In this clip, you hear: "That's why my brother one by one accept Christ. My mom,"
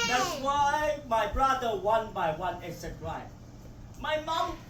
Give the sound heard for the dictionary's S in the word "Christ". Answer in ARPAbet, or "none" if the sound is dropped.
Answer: none